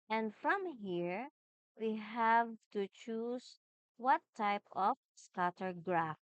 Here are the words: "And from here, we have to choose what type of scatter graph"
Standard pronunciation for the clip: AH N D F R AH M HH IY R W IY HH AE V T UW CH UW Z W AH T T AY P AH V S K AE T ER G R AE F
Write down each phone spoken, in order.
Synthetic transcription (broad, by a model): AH N D F R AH M HH IY R W IY HH AE V T UW CH UW S W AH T T AY P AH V S K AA T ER G R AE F